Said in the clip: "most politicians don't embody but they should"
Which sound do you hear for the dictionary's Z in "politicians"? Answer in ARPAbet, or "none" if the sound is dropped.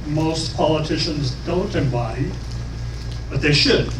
Z